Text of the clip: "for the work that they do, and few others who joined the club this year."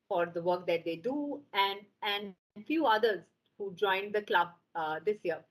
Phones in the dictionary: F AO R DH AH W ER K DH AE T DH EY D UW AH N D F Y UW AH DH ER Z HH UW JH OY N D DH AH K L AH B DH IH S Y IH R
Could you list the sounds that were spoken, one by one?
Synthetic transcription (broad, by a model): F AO R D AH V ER K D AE T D EY D UW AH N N F Y UW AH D ER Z HH UW JH OY N D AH K L AH B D IH S Y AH R